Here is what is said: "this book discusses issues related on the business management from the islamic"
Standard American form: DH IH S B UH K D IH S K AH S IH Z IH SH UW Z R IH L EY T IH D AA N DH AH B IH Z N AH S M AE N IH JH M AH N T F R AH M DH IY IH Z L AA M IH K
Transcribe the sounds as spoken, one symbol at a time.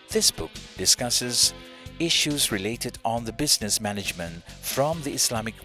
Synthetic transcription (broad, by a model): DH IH S B UH K D IH S K AH S IH Z IH SH UW Z R IH L EY T IH D N DH AH B IH Z N AH S M AE N IH JH M AH N T F R AH M DH IY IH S L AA M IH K